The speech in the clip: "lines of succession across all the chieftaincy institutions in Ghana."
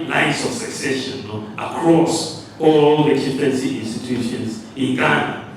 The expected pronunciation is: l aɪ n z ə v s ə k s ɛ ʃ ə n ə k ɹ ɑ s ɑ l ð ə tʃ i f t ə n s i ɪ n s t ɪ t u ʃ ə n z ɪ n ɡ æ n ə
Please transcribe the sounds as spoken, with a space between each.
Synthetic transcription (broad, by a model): l aɪ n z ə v s ə k s ɛ ʃ ə n ə k ɹ ɑ s ɑ l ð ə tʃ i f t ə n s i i n s t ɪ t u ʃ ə n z ɪ n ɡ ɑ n